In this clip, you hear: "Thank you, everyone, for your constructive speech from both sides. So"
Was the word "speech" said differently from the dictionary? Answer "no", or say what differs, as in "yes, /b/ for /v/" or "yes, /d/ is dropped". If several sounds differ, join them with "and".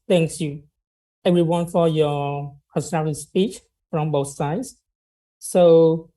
no